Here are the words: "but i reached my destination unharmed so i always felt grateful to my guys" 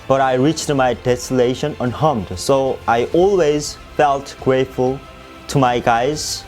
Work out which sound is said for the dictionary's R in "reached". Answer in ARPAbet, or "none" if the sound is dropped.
R